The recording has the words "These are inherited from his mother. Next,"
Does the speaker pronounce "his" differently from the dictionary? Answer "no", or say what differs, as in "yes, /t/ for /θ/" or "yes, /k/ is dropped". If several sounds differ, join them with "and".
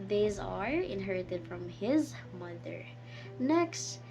no